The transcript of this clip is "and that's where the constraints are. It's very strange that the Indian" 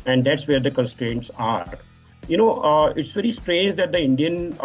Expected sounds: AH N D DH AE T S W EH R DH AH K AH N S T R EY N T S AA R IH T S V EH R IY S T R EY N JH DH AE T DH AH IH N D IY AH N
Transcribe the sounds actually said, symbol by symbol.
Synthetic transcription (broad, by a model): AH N D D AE T S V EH R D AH K AH N S T R EY N T S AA R IH T S V EH R IY S T R EY N JH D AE T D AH IH N D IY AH N